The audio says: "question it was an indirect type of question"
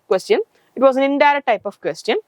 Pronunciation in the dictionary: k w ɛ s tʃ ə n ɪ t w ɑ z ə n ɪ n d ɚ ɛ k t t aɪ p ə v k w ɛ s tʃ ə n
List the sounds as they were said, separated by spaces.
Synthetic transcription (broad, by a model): k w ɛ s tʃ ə n ɪ t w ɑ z ə n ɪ n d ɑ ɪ t t aɪ p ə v k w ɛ s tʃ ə n